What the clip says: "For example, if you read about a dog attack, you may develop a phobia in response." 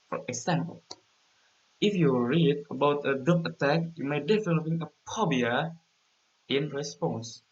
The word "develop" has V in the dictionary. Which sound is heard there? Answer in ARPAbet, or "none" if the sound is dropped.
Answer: F